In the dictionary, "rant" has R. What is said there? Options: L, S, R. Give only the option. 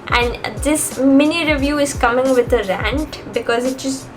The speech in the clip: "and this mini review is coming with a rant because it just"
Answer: R